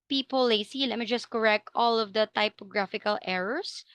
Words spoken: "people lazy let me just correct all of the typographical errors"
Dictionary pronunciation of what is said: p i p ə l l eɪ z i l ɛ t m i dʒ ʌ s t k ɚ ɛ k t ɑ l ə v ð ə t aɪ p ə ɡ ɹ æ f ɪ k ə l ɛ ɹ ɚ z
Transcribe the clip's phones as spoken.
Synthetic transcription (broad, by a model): p i p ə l l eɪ s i l ɛ t m i dʒ ʌ s t k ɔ ɛ k t ɑ l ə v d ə t aɪ p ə ɡ ɹ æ f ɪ k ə l ɛ ɹ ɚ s